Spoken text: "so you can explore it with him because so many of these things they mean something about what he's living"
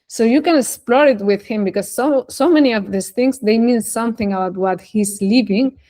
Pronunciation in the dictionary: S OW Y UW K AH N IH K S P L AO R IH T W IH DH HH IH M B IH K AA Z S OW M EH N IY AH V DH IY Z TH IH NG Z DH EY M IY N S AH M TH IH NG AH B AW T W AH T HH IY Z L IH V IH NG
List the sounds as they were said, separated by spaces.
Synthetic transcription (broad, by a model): S OW Y UW K AH N IH K S P L AO R IH T W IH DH HH IH M B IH K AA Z S OW M EH N IY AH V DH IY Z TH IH NG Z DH EY M IY N S AH M TH IH NG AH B AW T W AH T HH IY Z L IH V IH NG